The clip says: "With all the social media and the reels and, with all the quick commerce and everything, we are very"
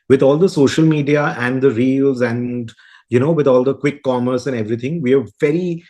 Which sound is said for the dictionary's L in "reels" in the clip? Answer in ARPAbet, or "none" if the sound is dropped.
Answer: L